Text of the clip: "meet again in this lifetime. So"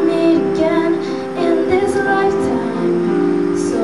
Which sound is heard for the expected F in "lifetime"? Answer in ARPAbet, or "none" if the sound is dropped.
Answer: none